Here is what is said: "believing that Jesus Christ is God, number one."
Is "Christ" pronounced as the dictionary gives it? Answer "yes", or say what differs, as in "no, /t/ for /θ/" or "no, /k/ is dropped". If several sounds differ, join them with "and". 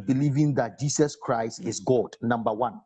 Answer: yes